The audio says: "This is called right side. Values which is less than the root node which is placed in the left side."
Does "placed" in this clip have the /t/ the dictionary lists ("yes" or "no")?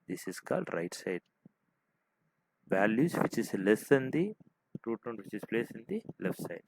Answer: no